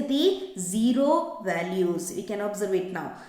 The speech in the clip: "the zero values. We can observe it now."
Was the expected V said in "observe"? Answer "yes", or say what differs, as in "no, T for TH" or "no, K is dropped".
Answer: yes